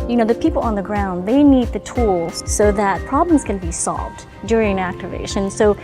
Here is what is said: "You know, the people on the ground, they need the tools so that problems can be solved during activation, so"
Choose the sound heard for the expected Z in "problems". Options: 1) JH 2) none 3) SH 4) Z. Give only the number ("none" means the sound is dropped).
4